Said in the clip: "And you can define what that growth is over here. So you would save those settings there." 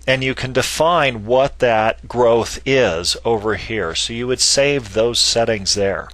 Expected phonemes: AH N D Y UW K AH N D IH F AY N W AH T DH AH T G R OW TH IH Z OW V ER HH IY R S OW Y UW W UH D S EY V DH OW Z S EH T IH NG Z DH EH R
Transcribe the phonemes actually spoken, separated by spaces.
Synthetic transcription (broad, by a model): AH N Y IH K AH N D IH F AY N W AH T DH AH T G R OW TH IH Z OW V ER HH IY R S OW Y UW W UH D S EY V DH OW Z S EH T IH NG Z DH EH R